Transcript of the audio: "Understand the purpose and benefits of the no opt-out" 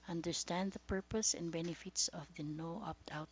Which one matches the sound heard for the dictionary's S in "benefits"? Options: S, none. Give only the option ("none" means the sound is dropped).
S